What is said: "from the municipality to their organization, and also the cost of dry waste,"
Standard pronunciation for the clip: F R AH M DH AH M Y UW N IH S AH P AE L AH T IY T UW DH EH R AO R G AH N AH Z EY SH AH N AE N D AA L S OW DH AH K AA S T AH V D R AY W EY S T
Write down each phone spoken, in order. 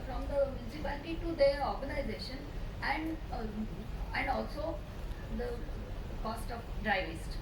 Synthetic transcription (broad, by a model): F R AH M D AH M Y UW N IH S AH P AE L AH T IY T UW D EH R AO R G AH N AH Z EY SH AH N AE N D AA L S OW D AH K AA S T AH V D R AY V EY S T